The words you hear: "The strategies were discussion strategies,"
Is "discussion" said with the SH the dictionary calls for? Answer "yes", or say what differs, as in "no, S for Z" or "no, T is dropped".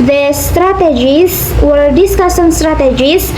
no, S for SH